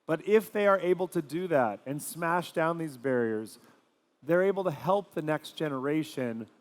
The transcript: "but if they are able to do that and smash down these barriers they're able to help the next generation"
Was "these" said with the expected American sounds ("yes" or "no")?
yes